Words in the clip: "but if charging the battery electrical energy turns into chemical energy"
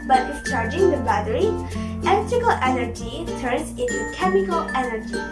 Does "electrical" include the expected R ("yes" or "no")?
no